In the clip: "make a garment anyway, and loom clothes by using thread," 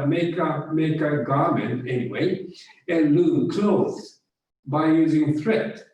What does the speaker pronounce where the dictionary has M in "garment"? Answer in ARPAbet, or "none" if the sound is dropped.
M